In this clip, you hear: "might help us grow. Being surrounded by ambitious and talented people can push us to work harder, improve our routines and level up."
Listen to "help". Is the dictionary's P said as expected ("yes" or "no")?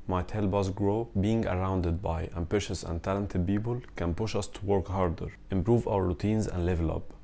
no